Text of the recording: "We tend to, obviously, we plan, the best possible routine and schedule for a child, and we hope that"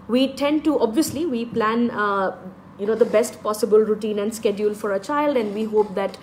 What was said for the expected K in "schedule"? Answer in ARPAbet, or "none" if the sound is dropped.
K